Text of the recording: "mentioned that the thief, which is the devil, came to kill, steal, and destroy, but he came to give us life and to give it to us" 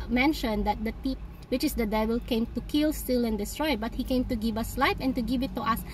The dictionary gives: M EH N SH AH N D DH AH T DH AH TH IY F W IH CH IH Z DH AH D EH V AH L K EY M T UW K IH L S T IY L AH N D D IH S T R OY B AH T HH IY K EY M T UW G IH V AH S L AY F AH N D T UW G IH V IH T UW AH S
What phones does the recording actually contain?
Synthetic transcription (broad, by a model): M EH N SH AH N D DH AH T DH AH T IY P W IH CH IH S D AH D EH V AH L K EY M T UW K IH L S T IY L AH N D D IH S T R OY B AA T HH IY K EY M T UW G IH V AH S L AY F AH N T UW G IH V IH T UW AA S